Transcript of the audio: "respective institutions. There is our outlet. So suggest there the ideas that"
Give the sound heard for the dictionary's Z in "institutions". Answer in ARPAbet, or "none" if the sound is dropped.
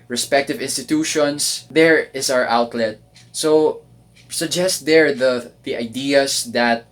S